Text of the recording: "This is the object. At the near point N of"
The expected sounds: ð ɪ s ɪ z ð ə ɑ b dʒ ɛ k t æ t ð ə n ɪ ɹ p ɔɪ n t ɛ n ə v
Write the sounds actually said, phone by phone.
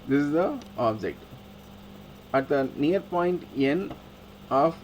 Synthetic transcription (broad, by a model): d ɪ s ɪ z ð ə ɑ b dʒ ɛ k t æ t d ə n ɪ ɹ p ɔɪ n t ɛ n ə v